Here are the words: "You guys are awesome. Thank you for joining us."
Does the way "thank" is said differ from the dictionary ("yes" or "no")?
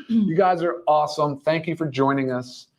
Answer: no